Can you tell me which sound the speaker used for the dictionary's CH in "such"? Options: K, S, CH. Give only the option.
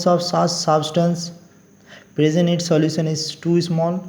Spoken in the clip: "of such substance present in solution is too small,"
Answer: S